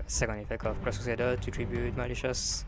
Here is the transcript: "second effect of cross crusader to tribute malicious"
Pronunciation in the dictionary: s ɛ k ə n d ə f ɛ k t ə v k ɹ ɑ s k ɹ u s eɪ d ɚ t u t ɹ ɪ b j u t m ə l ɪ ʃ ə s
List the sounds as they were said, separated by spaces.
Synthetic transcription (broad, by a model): s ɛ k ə n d ə f ɛ k t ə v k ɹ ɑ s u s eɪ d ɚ t u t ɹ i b j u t m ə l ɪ ʃ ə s